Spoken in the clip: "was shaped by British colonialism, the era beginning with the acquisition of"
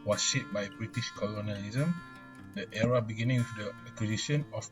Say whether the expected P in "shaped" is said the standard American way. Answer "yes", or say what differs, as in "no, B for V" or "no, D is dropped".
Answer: no, P is dropped